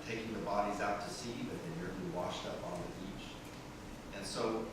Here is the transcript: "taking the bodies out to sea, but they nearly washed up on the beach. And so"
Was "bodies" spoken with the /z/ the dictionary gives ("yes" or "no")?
yes